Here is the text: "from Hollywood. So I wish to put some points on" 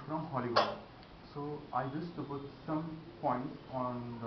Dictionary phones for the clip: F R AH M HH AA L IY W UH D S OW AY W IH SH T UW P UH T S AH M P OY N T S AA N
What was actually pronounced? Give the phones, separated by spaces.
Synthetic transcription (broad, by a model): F R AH M HH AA L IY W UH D S OW AY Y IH S T UW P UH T S AH M P OY N T S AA N